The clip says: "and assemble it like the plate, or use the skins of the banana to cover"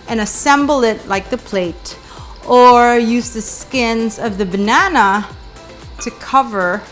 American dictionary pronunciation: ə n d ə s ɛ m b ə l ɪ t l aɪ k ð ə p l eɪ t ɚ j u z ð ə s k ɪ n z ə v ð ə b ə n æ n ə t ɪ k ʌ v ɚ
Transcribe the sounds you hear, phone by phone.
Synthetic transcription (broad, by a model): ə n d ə s ɛ m b l ɪ t l aɪ k ð ə p l eɪ t ɚ j u z ð ə s k ɪ n z ə v ð ə b ə n æ n ə t ɪ k ʌ v ɚ